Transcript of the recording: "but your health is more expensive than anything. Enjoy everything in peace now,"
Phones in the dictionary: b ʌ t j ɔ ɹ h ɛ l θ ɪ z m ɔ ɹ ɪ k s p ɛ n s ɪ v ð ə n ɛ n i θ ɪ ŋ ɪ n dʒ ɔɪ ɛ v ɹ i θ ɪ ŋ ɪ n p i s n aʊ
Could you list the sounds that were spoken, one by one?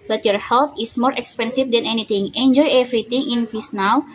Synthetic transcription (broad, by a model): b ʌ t j ɔ ɹ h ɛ l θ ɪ s m ɔ ɹ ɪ k s p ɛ n s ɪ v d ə n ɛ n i t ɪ ŋ ɪ n dʒ ɔɪ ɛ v ɹ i t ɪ ŋ ɪ n f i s n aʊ